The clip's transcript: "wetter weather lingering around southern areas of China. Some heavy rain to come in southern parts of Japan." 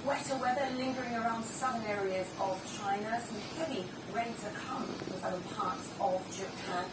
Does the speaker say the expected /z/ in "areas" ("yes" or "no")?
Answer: yes